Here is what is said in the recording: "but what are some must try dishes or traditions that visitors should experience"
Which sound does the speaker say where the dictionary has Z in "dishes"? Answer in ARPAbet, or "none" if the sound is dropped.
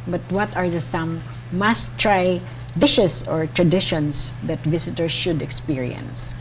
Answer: S